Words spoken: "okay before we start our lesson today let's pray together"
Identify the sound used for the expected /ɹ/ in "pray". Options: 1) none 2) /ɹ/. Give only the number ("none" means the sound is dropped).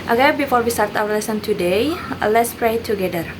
2